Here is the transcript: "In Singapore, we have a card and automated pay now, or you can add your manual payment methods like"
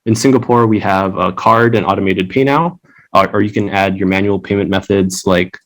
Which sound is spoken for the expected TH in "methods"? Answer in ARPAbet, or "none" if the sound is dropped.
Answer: TH